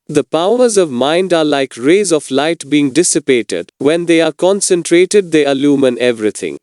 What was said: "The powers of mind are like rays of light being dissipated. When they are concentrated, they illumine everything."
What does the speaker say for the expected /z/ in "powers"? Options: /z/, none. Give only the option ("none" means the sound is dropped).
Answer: /z/